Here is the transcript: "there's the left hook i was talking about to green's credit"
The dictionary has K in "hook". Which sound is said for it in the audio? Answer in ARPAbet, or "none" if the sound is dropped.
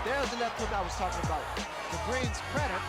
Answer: none